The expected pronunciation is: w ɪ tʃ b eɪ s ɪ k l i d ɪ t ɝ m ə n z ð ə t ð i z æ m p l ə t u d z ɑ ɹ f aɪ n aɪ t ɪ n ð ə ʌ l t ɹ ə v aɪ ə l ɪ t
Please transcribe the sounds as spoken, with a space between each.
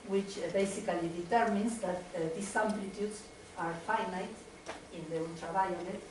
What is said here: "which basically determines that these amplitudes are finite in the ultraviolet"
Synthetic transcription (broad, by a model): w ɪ tʃ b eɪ s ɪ k l i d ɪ t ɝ m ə n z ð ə t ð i s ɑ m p l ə t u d s ɑ ɹ f aɪ n aɪ t ɪ n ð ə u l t ɹ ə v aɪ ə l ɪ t